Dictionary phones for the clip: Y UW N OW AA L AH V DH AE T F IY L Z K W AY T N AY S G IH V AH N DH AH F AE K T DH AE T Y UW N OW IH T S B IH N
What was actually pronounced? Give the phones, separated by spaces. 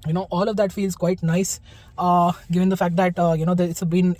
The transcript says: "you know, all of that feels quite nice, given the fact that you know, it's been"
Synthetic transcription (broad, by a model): Y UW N OW AA L AH V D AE T F IY L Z K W AY T N AY S G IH V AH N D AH F AE K T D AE T Y UW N OW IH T S B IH N